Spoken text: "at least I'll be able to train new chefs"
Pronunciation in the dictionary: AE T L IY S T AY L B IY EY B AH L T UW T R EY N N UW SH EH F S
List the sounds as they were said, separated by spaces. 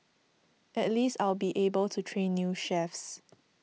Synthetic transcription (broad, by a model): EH T L IY S T AY L B IY EY B AH L T UW T R EY N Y UW SH EH F S